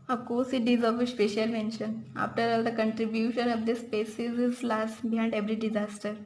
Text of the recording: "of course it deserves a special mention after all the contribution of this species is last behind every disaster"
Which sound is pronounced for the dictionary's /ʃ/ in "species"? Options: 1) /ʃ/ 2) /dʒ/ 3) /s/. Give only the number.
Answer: 3